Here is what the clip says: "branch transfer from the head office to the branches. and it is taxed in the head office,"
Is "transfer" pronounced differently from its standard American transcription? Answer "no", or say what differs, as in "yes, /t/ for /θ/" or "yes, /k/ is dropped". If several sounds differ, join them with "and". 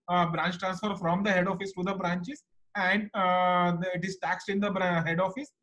no